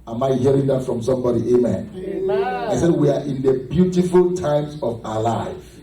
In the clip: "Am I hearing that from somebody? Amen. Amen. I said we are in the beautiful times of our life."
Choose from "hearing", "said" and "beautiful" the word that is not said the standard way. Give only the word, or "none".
none